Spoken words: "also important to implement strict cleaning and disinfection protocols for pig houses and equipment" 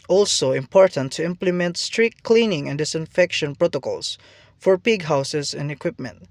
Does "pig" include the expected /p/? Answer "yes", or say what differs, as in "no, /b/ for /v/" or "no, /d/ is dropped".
yes